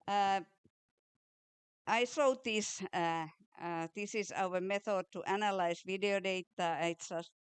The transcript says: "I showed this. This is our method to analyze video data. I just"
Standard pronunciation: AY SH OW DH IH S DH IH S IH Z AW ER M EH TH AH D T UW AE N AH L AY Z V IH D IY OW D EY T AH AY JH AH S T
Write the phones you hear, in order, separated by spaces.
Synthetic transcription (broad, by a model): AY S OW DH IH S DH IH S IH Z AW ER M EH TH AH D T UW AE N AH L AY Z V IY D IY OW D EY T AH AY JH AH S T